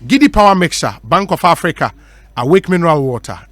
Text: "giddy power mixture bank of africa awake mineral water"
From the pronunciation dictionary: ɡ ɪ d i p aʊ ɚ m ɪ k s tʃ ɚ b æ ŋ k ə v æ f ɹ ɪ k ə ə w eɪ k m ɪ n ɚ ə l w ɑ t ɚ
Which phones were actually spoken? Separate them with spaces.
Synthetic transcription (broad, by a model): ɡ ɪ d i p aʊ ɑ m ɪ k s ɑ b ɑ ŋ k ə f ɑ f ɹ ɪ k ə ə w eɪ k m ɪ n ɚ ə l w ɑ t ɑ